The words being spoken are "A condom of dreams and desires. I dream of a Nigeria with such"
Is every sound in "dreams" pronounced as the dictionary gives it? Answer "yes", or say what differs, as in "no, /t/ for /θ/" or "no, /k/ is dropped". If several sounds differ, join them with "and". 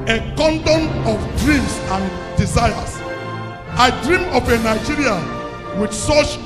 no, /s/ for /z/